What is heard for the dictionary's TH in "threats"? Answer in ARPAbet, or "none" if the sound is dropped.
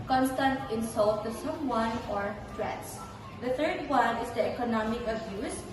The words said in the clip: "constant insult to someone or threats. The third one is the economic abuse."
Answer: T